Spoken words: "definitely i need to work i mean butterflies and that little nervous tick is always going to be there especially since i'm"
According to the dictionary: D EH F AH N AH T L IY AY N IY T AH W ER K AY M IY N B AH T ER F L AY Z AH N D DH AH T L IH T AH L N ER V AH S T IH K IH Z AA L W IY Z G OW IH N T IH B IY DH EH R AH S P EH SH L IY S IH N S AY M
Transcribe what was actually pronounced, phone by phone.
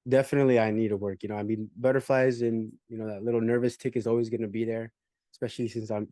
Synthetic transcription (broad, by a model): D EH F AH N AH T L IY AY N IY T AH W ER K AY M IY N B AH T ER F L AY Z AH N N DH AH T L IH T L N ER V AH S T IH K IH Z AA L W IY Z G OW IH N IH B IY DH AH R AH S P EH SH L IY S IH N S AY M